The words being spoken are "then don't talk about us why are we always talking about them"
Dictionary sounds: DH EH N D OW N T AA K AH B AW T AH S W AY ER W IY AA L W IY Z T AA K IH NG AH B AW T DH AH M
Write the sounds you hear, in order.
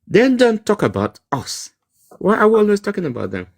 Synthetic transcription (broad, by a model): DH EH N D OW N T AA K AH B AW T AH S W AY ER W IY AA L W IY S T AA K IH NG AH B AW T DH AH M